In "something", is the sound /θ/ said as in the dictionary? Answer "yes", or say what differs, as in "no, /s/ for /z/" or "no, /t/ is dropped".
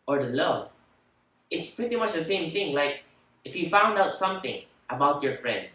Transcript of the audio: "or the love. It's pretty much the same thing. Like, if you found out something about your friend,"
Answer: yes